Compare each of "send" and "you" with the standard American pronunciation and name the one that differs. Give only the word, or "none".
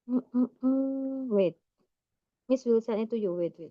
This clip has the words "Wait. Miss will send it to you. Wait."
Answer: send